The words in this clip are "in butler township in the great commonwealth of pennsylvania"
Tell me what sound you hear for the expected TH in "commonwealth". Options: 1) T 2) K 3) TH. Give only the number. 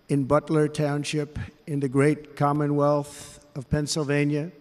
3